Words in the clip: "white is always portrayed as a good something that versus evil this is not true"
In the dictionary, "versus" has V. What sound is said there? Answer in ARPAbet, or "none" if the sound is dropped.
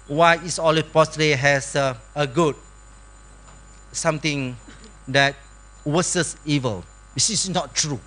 W